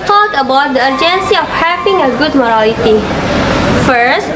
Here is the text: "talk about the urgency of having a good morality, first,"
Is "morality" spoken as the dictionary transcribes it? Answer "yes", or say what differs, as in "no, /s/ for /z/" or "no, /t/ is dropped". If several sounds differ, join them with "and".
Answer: no, /l/ is dropped